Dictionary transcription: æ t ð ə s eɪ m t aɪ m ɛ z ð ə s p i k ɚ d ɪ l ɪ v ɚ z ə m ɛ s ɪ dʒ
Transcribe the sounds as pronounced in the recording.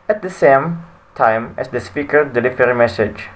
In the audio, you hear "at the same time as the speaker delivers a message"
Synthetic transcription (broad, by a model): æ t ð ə s eɪ m t aɪ m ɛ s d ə s p i k ɚ d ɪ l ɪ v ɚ ə m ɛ s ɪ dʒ